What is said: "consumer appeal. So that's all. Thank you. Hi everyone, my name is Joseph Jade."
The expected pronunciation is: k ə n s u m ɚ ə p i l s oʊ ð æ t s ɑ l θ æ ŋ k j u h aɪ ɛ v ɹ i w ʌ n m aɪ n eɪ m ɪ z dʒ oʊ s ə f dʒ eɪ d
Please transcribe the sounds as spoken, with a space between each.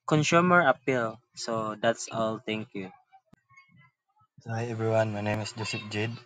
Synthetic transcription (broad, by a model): k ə n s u m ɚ ə p i l s oʊ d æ t s ɑ l t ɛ ŋ k j u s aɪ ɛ v ɹ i w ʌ n m aɪ n eɪ m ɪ s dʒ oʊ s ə p dʒ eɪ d